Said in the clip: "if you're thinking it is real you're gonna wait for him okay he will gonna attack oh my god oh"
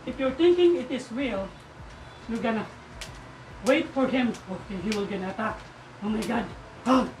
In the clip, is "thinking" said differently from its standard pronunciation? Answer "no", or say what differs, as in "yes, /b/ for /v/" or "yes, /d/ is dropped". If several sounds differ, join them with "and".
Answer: yes, /t/ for /θ/